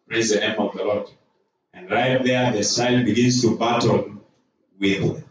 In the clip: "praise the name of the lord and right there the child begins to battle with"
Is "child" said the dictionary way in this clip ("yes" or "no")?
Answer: no